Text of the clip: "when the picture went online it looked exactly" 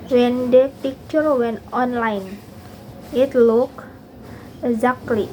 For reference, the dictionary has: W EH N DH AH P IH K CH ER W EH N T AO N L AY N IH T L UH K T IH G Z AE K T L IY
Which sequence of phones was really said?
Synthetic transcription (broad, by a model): W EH N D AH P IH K CH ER W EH N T AO N L AY N IH T L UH K IH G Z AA K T L IY